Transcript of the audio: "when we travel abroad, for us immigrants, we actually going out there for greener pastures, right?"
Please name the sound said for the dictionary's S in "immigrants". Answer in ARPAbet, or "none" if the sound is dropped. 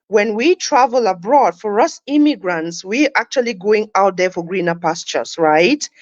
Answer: S